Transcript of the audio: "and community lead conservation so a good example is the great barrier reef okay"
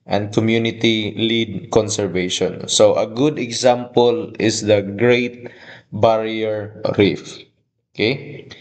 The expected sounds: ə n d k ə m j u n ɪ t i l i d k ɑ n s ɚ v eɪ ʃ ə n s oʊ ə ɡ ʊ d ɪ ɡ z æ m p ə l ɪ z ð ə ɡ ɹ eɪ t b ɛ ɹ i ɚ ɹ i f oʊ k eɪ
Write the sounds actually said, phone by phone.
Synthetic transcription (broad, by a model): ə n d k ə m j u n ɪ t i l i d k ɑ n s ɚ v eɪ ʃ ə n s oʊ ə ɡ ʊ d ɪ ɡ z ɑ m p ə l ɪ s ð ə ɡ ɹ eɪ t b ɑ ɹ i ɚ ɹ i f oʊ k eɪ